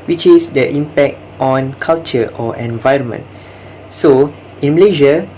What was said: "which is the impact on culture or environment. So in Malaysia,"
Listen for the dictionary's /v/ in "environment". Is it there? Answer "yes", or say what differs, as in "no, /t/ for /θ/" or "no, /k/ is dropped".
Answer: yes